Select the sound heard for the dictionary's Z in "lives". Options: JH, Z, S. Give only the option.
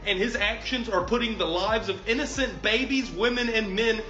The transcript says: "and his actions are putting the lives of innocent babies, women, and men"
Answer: Z